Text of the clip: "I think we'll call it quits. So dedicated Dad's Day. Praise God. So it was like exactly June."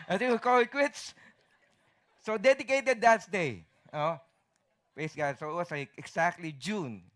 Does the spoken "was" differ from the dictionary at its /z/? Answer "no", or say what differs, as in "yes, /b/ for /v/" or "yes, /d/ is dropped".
yes, /s/ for /z/